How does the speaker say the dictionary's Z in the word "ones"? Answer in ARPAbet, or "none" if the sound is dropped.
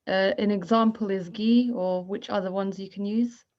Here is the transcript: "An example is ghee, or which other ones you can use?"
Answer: Z